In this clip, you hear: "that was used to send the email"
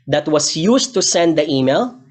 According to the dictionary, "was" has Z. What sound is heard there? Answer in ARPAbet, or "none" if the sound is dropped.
S